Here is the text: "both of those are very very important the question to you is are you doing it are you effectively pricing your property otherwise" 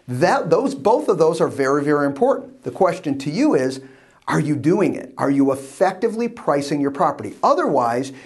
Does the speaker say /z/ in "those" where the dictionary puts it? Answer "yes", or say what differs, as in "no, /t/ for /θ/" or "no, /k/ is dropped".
yes